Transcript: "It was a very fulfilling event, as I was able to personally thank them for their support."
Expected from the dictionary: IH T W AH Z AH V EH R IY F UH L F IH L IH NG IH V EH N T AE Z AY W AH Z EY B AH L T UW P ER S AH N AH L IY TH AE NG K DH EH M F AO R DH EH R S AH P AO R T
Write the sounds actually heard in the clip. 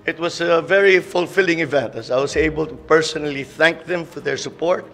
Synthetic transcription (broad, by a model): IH T W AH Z AH V EH R IY F UH L F IH L IH NG IH V EH N T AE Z AY W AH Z EY B AH L T UW P ER S AH N AH L IY TH AE NG K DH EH M F AO R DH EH R S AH P AO R T